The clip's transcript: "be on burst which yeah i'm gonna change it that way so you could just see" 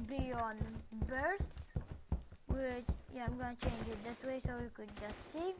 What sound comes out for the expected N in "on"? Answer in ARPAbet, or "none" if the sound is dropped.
N